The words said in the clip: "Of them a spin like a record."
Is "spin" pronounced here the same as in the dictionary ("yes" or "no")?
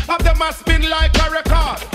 no